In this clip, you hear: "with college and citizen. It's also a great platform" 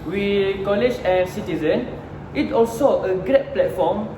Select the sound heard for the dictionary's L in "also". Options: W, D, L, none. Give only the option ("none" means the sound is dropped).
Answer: L